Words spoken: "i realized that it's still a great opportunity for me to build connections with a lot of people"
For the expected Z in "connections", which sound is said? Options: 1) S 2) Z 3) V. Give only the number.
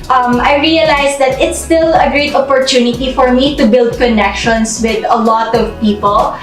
1